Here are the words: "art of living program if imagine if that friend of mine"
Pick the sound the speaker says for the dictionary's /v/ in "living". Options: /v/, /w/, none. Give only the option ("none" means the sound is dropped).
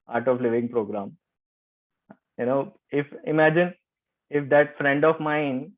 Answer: /v/